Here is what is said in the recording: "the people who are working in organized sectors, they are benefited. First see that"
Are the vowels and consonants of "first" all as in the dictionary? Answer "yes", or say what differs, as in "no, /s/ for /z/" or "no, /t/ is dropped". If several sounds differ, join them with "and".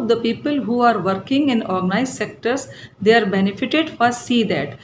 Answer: no, /s/ is dropped